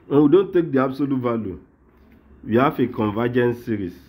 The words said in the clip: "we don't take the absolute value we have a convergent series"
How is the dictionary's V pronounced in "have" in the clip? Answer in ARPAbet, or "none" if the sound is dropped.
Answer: F